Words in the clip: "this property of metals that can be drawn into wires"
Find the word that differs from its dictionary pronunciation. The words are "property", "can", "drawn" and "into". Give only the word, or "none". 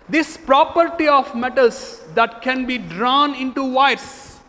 none